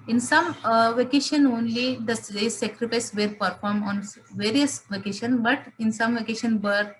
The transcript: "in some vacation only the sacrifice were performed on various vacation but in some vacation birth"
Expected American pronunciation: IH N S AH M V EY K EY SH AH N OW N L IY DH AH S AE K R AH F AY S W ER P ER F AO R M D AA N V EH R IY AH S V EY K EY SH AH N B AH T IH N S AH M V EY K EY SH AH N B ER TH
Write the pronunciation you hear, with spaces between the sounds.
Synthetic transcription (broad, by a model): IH N S AH M V EY K EY SH AH N OW N L IY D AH S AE K R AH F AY S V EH P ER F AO R M AA N V EH R IY AH S V EY K EY SH AH N B AH T IH N S AH M V EY K EY SH AH N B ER